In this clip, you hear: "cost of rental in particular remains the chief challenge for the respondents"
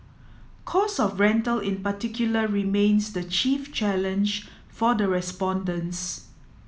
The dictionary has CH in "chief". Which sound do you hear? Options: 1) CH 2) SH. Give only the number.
1